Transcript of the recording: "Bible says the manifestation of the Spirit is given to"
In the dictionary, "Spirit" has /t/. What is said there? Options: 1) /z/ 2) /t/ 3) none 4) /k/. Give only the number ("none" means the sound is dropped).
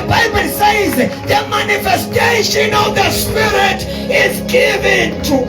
2